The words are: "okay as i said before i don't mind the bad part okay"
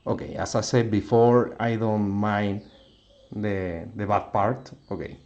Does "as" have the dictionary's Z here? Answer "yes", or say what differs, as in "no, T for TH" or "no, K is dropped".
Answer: no, S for Z